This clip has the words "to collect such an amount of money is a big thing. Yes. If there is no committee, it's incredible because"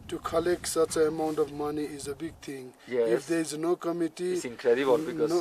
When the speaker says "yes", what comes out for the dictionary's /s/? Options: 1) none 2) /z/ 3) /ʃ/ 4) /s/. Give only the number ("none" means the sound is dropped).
1